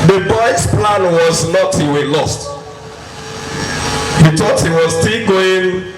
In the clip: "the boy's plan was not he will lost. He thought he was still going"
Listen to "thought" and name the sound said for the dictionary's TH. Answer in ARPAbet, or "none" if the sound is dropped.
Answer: T